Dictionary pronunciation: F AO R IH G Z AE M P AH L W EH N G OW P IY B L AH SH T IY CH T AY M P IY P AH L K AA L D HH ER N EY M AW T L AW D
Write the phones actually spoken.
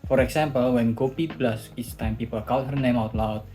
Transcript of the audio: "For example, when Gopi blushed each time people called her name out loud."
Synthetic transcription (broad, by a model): F AO R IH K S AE M P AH L W EH N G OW P IY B L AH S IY S T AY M P IY P AH L K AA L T HH ER N EY M AW T L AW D